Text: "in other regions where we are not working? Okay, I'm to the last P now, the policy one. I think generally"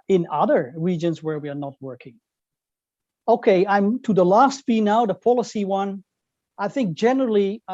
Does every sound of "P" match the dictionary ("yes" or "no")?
no